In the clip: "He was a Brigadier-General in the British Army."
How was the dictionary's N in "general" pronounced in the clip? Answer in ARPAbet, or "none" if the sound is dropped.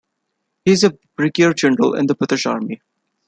N